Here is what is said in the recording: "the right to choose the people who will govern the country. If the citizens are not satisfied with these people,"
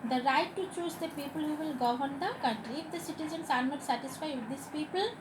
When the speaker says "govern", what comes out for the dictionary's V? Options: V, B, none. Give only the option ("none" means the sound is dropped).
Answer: none